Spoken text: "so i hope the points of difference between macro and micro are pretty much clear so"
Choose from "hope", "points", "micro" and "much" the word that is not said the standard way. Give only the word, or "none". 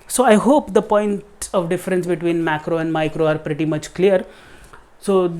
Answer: points